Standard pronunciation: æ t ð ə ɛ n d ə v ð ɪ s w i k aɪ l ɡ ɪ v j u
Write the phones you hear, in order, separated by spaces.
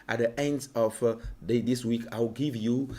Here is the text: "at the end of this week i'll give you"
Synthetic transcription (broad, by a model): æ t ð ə ɛ n d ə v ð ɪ s w i k aɪ w ɡ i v j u